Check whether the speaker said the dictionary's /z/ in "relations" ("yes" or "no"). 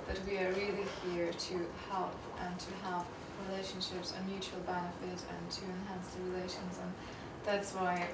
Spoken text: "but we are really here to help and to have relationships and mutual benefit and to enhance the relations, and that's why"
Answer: yes